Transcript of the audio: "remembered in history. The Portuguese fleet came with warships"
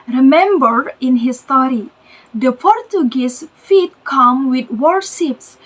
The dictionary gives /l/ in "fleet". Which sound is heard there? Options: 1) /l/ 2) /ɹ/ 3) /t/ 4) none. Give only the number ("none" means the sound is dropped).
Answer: 4